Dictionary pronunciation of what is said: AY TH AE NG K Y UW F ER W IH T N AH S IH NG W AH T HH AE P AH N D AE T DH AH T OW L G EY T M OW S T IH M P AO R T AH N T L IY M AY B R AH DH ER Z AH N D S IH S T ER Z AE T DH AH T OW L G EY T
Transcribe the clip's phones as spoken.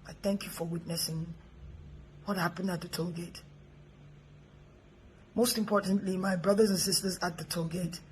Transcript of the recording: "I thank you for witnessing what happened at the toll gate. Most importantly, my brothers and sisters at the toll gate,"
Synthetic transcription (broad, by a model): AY TH AE NG K Y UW F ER W IH T N AH S IH NG W AH T HH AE P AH N D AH T DH AH T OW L G EY T M OW S T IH M P AO R T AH N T L IY M AY B R AH DH ER Z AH N S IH S T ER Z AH T DH AH T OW G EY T